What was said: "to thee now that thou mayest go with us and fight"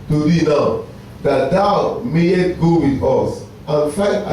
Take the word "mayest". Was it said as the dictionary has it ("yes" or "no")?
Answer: no